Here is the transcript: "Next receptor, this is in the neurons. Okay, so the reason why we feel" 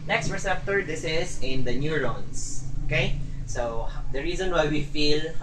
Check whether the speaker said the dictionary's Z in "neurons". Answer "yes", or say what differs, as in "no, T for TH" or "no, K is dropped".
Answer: no, S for Z